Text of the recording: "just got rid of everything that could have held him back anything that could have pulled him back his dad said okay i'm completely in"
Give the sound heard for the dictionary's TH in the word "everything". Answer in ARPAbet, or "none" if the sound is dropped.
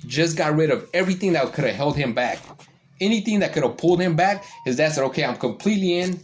TH